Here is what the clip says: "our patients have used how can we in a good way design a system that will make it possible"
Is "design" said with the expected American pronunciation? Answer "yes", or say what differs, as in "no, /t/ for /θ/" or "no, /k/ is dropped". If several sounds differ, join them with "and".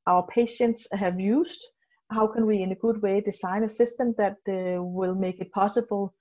no, /s/ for /z/